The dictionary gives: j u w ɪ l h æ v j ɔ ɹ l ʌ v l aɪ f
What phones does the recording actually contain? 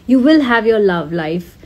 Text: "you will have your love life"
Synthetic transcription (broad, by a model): j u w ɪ l h æ v j ɔ ɹ l ʌ v l aɪ f